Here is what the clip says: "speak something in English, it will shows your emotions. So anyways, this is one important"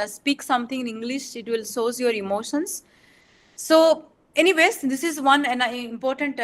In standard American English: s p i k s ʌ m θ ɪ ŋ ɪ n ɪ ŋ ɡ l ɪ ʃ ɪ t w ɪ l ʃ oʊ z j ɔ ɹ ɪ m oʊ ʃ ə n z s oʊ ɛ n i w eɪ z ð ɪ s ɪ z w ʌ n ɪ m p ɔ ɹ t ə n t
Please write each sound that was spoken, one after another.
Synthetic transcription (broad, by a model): s p i k s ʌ m t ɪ ŋ ɪ n ɪ ŋ ɡ l ɪ ʃ ɪ t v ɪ l s oʊ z j ɔ ɹ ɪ m oʊ ʃ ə n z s oʊ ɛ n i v eɪ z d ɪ s ɪ z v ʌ n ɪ m p ɔ ɹ t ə n t